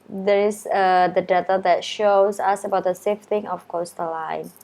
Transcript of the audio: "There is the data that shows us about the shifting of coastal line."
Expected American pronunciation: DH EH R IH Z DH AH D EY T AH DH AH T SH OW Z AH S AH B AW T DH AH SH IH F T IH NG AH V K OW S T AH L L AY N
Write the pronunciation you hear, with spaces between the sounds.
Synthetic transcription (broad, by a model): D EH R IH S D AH D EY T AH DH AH T SH OW S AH S AH B AW T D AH S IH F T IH NG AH F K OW S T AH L L AY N